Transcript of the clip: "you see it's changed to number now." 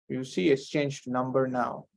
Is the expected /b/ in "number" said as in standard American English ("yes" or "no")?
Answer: yes